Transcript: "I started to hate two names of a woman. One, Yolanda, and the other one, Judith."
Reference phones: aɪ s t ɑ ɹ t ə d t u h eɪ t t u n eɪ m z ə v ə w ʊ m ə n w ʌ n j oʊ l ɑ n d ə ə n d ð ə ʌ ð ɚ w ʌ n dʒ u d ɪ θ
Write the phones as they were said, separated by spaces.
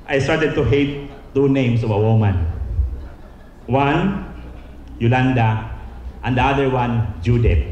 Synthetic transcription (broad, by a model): aɪ s t ɑ ɹ t ə d t u h eɪ t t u n eɪ m s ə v ə w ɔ m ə n w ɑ n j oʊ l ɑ n d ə ə n d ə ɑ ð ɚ w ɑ n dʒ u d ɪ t